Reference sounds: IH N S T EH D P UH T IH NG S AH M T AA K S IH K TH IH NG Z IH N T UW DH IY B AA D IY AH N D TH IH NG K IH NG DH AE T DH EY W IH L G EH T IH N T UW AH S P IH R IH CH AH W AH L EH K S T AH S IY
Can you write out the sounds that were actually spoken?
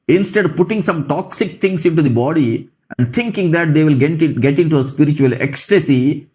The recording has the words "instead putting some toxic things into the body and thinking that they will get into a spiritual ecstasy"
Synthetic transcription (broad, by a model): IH N S T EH D P UH T IH NG S AH M T AA K S IH K T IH NG S IH N T UW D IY B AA D IY AH N D T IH NG K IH NG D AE T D EY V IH L G EH T IH N T UW AH S P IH R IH CH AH AH L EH K S T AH S IY